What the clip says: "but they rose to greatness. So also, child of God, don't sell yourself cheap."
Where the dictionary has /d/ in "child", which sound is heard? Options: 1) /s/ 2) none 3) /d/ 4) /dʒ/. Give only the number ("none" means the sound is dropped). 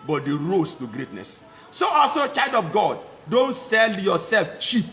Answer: 3